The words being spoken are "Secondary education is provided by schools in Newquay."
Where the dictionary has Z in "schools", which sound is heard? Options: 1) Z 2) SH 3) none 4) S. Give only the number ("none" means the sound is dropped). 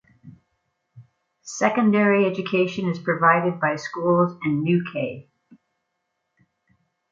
1